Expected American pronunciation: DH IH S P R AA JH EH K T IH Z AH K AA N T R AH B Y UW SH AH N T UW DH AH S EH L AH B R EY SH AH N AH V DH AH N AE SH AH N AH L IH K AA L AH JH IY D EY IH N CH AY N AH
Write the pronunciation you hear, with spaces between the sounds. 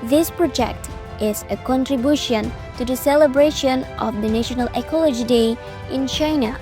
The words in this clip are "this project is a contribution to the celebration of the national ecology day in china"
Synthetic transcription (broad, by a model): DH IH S P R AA JH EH K T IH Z AH K AA N T R AH B Y UW SH AH N T UW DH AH S EH L AH B R EY SH AH N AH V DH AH N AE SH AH N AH L IH K AA L AH JH IY D EY IH N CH AY N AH